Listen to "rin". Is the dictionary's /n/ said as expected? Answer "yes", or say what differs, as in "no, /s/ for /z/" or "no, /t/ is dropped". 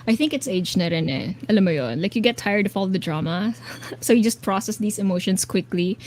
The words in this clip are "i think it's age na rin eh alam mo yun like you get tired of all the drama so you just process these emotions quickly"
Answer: yes